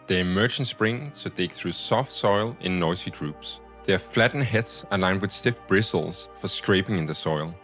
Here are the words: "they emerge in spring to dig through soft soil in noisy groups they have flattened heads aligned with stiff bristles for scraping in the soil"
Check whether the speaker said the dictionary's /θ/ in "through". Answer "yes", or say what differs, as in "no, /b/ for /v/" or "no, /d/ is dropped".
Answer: yes